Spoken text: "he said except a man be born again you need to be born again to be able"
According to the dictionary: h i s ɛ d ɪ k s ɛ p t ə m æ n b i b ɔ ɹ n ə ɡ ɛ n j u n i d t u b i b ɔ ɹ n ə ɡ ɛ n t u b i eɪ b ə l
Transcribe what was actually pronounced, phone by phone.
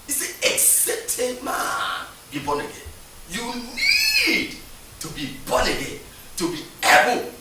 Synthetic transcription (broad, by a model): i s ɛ ɪ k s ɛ t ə m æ n b i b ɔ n ə ɡ ɛ n j u n i d t u b i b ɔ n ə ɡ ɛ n t u b i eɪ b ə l